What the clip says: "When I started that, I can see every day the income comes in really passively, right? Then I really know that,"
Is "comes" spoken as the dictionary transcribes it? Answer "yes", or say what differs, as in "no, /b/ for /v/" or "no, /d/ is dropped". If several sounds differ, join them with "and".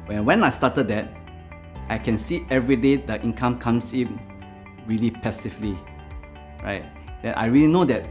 no, /s/ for /z/